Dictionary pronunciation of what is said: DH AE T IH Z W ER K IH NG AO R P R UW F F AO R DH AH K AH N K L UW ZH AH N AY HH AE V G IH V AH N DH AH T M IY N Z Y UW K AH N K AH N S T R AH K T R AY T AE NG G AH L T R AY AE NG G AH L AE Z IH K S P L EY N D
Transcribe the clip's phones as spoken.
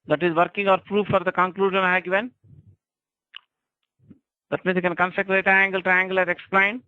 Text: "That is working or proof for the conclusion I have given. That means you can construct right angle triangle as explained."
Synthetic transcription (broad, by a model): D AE T IH Z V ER K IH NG AO R P R UW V F AO R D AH K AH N K L UW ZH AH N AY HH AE G IH V AH N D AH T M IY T K AH N K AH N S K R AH T R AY AE NG G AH L T R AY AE NG G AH L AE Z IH K S P L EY N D